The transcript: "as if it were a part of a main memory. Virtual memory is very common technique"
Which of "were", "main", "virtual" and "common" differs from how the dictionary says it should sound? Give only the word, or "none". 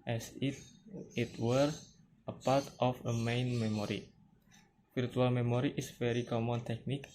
virtual